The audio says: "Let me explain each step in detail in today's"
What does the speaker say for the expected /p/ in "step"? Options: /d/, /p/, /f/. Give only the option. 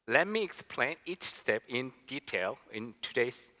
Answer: /p/